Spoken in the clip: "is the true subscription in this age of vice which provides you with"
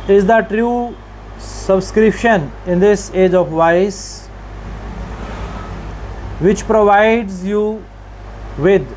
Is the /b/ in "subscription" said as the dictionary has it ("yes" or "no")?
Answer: yes